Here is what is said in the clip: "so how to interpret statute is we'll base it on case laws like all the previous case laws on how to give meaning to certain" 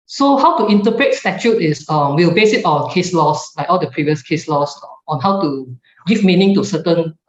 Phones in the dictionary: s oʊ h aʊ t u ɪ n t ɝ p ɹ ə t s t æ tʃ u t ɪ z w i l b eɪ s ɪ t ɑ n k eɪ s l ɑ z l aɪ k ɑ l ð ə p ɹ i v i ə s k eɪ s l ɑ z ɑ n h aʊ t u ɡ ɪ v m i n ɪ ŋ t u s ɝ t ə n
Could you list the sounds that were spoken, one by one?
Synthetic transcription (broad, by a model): s oʊ h aʊ t u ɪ n t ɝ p ɹ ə t s t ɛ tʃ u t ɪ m w i l b eɪ s ɪ t ɑ n k eɪ s l ɑ s l aɪ k ɑ l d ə p ɹ i v i ə s k eɪ s l ɑ s ɑ n h aʊ t u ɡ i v m i n ɪ ŋ t u s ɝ t ə n